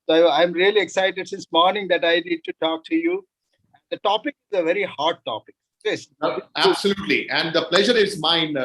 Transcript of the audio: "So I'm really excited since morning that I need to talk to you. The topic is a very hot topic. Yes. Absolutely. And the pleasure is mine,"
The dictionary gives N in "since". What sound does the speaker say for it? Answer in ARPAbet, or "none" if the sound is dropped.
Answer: none